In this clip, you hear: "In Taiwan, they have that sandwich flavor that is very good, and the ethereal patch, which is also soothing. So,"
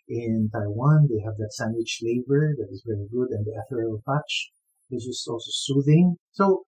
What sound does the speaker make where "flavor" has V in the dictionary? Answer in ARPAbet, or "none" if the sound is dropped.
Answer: B